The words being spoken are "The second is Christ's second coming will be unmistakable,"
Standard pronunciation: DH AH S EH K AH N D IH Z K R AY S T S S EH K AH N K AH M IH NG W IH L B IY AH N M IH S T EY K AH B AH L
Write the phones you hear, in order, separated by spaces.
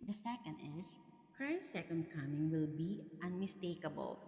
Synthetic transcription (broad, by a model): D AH S EH K AH N D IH S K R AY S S S EH K AH N K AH M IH NG W IH L B IY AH N M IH S T EY K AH B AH L